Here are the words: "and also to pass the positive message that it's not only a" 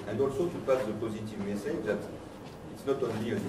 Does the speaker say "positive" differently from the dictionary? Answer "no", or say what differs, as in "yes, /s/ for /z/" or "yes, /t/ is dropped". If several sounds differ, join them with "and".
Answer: no